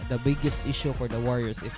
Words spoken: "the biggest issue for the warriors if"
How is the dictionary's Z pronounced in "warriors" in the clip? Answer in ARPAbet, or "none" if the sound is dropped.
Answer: S